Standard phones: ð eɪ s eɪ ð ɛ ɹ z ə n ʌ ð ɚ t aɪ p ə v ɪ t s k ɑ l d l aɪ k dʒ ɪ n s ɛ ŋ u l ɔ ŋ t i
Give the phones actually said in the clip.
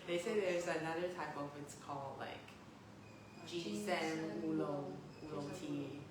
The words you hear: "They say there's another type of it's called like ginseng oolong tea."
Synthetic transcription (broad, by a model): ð eɪ s eɪ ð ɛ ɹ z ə n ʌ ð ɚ t aɪ p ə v ɪ t s k ɑ l d l aɪ k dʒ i s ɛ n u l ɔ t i